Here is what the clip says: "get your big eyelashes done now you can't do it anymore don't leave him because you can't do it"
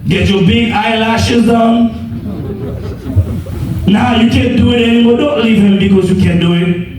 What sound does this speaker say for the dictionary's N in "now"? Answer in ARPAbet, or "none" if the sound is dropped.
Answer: N